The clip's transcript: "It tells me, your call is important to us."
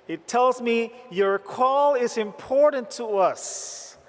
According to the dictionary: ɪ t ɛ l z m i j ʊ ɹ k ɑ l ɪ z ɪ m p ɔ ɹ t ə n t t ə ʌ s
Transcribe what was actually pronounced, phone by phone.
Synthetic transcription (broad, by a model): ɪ t ɛ l z m i j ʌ ɹ k ɑ l ɪ z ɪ m p ɔ ɹ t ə n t t ə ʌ s